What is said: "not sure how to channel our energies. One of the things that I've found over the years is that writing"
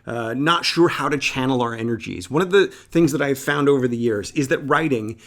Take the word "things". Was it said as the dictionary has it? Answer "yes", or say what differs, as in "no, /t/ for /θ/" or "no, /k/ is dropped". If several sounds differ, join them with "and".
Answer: yes